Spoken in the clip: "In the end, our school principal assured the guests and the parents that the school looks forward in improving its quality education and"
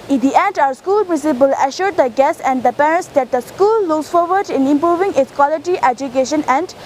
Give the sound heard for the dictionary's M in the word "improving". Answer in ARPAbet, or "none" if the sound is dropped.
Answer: M